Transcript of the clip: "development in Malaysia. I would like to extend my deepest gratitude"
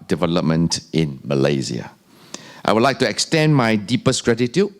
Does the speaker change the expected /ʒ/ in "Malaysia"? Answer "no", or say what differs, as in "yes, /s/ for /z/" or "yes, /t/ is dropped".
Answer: yes, /z/ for /ʒ/